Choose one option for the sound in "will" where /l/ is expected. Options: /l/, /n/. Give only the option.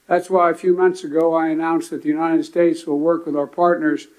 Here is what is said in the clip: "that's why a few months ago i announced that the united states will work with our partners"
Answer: /l/